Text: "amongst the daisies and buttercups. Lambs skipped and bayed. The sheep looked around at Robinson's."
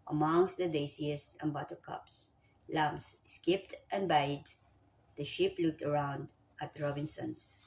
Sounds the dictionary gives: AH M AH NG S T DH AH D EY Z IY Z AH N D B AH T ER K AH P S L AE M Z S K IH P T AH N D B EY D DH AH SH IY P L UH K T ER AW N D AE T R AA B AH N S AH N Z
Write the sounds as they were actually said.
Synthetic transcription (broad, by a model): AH M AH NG S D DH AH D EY S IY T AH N B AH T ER K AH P S L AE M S S K IH P T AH N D B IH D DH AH SH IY P L UH K T ER AW N D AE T R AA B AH N S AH N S